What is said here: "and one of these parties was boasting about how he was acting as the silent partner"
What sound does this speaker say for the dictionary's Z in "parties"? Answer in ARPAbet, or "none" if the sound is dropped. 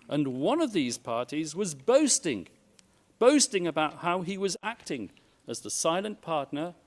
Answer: Z